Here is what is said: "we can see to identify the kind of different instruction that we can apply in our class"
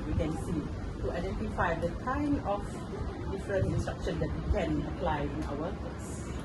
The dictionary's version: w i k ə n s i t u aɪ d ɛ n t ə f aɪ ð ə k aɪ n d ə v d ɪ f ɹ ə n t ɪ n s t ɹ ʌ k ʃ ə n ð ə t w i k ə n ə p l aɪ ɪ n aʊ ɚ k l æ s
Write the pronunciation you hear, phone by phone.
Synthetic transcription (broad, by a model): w i k ə n s i t u aɪ d ɛ n t ə f aɪ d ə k aɪ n ə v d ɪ f ɹ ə n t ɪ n s t ɹ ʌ k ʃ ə n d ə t w i k ə n ə p l aɪ ɪ n aʊ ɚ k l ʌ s